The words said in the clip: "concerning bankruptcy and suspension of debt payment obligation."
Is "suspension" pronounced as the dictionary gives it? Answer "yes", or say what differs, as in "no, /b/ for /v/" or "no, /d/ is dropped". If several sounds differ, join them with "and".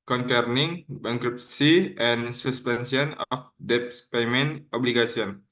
no, /s/ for /ʃ/